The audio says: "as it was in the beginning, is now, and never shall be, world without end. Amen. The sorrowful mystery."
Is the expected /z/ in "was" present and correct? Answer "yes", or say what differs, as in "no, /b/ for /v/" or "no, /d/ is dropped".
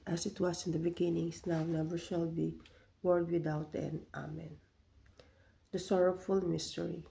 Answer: no, /s/ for /z/